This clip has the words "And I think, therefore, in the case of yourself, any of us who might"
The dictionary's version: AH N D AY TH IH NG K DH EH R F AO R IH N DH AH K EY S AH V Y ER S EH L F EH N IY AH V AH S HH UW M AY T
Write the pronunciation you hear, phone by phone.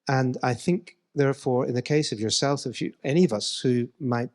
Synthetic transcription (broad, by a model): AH N AY TH IH NG K DH EH R F AO R IH N DH AH K EY S AH V Y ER S EH L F EH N IY AH V AH S HH UW M AY T